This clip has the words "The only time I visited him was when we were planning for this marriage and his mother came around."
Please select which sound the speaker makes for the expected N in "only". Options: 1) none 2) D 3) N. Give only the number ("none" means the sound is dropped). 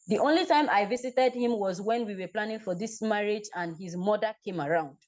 3